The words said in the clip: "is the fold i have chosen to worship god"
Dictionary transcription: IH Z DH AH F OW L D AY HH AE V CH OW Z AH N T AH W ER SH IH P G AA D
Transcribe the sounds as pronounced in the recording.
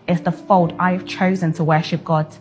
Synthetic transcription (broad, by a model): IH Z DH AH F OW L D AY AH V CH OW Z AH N T AH W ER SH IH P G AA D